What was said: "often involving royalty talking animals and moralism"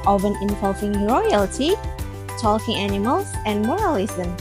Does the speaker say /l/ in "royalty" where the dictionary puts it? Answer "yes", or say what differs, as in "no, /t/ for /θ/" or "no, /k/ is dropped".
yes